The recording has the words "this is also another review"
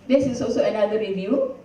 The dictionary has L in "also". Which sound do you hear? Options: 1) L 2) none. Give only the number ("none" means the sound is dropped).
2